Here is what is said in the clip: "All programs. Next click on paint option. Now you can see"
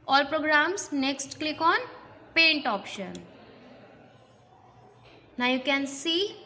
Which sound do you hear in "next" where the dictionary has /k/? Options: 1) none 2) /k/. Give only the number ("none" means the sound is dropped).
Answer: 2